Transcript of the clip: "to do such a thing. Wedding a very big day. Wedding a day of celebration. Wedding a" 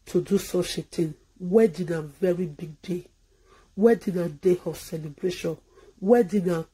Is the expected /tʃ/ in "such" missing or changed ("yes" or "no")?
yes